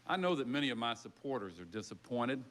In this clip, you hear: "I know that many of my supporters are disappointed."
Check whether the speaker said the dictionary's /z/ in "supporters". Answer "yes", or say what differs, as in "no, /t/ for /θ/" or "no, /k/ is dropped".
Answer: yes